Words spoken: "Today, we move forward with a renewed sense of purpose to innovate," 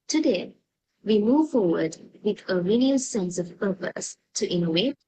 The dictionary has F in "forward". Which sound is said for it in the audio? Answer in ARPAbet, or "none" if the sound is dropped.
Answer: F